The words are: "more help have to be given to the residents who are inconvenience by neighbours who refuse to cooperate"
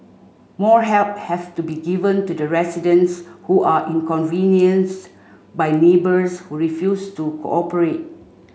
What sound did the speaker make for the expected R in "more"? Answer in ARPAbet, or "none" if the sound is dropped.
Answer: R